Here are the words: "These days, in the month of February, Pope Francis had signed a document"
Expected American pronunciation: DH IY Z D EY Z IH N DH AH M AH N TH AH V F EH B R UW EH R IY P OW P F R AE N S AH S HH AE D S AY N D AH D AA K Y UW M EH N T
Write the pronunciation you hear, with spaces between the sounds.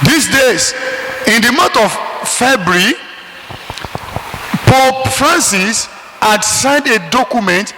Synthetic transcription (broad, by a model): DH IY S D EY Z IH N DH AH M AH N T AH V F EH B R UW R IY P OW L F R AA N S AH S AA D S AY N D AH D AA K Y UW M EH N T